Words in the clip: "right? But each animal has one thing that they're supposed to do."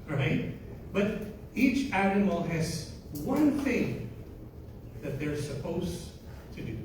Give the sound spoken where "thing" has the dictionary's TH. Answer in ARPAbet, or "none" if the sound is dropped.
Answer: TH